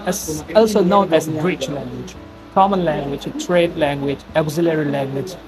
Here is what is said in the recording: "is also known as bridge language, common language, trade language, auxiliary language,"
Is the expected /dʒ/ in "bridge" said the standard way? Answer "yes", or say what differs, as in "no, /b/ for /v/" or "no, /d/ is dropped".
no, /tʃ/ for /dʒ/